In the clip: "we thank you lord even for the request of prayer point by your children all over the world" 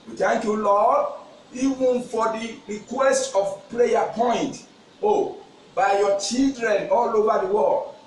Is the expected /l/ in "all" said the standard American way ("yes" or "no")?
yes